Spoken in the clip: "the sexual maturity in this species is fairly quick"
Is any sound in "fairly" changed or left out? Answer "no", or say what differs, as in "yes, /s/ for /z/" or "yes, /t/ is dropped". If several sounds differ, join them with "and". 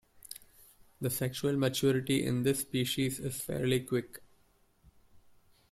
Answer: no